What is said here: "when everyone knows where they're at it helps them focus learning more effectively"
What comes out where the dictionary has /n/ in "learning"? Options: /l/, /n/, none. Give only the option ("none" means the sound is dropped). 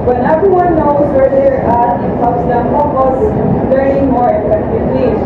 none